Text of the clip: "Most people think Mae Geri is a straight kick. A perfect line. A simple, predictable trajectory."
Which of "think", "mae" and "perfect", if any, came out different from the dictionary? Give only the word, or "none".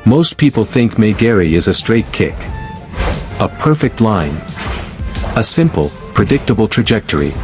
none